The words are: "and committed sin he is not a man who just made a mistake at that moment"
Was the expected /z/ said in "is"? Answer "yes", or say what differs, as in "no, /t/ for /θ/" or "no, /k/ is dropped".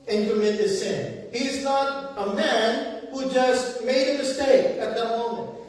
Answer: yes